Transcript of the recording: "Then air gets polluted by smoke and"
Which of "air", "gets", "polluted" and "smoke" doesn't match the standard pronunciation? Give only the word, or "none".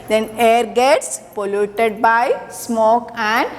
none